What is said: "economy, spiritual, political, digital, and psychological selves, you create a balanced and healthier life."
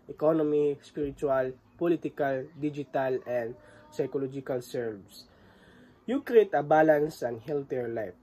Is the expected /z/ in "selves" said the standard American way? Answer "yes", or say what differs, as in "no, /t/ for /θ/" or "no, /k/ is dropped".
no, /s/ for /z/